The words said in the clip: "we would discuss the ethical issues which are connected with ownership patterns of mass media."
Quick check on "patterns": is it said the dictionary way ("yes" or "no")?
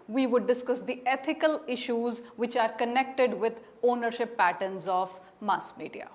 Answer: yes